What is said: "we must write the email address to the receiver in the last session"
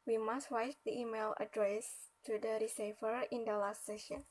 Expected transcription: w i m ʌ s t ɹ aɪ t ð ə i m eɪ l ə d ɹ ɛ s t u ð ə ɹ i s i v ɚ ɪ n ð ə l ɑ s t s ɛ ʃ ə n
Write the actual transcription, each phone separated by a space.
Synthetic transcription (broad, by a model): w i m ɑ s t w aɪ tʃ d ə i m eɪ l ə d ɹ ɛ s t u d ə ɹ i s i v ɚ ɪ n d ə l ɑ s t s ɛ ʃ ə n